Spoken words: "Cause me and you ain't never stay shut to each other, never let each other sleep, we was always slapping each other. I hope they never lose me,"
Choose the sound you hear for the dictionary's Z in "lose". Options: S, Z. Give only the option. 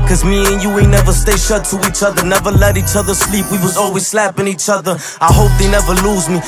Z